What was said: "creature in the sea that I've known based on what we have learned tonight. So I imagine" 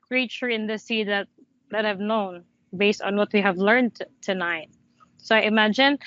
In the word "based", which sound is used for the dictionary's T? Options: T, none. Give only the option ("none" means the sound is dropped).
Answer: T